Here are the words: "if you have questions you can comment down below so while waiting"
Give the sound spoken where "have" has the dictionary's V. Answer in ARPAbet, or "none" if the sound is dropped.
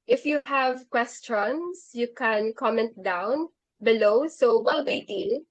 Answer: V